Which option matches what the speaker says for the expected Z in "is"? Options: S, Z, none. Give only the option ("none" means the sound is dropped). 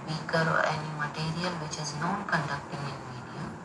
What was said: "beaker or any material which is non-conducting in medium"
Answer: Z